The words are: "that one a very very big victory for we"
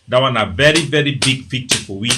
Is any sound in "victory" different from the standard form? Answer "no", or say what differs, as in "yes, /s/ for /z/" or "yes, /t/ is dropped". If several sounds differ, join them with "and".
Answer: yes, /p/ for /v/